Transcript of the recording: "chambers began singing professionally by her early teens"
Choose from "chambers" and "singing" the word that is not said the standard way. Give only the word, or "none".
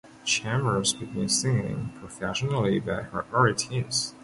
chambers